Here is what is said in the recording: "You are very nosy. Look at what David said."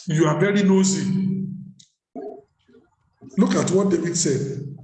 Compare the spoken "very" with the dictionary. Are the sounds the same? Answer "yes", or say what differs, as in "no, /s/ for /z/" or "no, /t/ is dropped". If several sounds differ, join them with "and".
no, /b/ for /v/